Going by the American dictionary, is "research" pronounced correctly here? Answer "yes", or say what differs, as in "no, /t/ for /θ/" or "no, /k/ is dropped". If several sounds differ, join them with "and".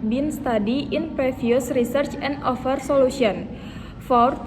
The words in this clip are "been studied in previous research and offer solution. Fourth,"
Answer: yes